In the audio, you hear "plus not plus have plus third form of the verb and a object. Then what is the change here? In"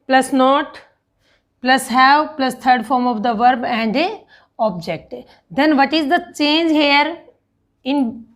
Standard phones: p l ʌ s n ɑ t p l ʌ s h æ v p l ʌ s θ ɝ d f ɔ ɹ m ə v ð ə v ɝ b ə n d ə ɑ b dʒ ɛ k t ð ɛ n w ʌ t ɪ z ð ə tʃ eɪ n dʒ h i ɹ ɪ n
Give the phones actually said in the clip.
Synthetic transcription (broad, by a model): p l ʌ s n ɑ t p l ʌ s h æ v p l ʌ s t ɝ d f ɔ ɹ m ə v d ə v ɝ b ə n d ə ɑ b dʒ ɛ k t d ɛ n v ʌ t ɪ z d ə tʃ eɪ n dʒ h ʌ ɹ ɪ n